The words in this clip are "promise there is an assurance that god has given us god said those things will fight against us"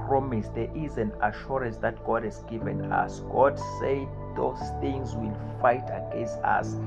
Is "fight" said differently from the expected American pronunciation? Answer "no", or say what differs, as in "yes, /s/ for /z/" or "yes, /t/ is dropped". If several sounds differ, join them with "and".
no